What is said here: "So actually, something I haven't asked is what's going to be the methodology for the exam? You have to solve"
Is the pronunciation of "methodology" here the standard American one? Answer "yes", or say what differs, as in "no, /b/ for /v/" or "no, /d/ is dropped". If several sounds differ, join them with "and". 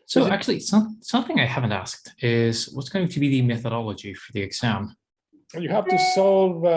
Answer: yes